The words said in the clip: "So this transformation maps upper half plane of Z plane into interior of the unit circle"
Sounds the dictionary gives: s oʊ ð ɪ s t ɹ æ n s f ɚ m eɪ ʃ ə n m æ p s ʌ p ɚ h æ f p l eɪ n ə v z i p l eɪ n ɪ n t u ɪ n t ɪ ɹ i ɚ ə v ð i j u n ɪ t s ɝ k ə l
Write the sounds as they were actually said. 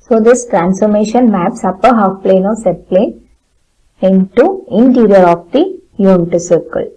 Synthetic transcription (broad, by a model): s oʊ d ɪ s t ɹ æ n s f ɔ m eɪ ʃ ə n m æ p s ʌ p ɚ h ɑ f p l eɪ n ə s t p l eɪ n ɪ n t u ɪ n t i ɹ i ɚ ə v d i j u n ɪ t s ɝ k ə l